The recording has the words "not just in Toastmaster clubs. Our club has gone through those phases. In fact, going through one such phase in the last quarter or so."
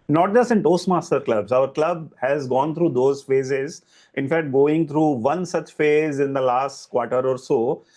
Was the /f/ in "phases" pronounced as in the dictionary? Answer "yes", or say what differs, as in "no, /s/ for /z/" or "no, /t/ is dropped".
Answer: yes